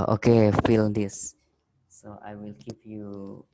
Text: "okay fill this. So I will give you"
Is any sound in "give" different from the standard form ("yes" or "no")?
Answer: yes